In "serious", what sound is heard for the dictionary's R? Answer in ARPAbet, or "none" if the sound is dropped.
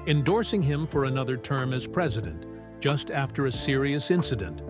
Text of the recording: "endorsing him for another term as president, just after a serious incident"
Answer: R